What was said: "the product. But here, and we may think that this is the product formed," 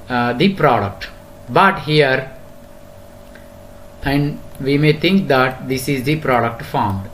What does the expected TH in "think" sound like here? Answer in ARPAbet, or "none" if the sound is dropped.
T